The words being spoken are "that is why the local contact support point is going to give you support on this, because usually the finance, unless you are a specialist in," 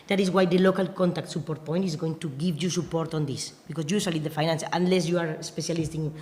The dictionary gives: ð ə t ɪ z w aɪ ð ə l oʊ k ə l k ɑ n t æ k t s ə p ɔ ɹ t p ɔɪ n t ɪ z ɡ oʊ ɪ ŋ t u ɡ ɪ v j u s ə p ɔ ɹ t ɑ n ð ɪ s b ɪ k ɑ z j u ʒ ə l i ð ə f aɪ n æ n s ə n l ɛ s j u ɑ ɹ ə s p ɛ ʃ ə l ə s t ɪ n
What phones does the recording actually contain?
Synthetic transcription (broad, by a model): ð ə t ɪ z w aɪ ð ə l oʊ k ə l k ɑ n t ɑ k t s ə p ɔ ɹ t p ɔɪ n t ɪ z ɡ oʊ ɪ ŋ t u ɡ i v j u s ə p ɔ ɹ t ɑ n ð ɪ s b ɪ k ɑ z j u s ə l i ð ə f aɪ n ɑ n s ə n l ɛ s j u ɑ ɹ ə s p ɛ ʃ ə l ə s t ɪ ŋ